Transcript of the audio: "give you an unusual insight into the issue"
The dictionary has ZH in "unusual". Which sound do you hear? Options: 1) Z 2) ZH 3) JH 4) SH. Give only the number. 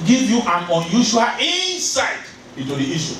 4